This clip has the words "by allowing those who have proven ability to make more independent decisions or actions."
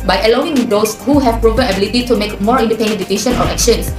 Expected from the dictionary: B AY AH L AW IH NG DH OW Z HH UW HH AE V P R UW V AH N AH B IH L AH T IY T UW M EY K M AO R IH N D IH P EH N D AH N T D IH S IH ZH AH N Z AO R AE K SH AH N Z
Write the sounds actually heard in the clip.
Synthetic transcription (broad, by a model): B AY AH L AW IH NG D OW S HH UW HH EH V P R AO P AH AH B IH L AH T IY T UW M EY K M AO R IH N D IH P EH N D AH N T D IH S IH SH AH N AO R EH K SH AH N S